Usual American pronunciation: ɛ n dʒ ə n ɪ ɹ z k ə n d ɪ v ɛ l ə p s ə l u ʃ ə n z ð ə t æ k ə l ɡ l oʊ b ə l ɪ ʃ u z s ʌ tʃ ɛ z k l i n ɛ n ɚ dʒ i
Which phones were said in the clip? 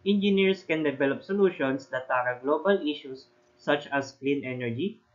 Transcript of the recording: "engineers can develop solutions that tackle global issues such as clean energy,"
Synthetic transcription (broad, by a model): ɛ n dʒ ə n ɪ ɹ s k ə n d ɪ v ɛ l ə p s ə l u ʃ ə n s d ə t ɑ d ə ɡ l oʊ b ə l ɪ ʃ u s ʌ tʃ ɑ s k l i n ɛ n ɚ dʒ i